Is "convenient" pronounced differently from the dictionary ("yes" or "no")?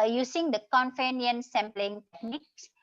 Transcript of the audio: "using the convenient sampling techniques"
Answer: yes